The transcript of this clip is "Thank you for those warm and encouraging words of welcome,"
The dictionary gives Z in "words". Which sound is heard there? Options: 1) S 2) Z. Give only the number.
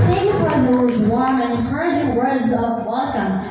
2